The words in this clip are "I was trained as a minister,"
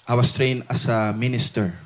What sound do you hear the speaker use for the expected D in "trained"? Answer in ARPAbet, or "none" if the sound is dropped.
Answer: none